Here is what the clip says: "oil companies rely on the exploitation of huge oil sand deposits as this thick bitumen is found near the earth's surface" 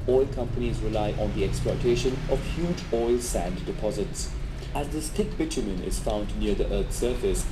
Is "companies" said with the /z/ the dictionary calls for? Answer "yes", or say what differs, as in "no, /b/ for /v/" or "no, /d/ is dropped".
yes